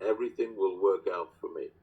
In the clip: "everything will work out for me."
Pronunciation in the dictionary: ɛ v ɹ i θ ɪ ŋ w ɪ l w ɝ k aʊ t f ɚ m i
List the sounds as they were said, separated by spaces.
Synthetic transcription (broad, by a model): ɛ v ɹ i θ ɪ ŋ w ɪ l w ɝ k aʊ t f ɚ m i